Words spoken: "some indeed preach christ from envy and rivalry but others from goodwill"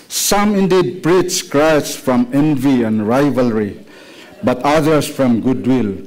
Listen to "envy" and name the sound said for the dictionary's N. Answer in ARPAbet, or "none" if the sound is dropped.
N